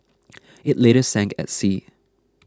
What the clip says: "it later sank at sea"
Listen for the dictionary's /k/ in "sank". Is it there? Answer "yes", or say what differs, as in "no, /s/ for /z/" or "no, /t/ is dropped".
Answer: yes